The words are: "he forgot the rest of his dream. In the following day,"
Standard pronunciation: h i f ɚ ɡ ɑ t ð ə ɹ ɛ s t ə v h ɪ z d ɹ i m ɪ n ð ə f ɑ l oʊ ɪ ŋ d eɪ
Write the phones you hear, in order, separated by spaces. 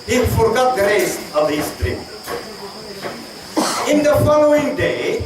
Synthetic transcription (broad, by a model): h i f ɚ ɡ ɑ t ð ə ɹ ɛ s ə v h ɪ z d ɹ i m ɪ n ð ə f ɑ l oʊ ɪ ŋ d eɪ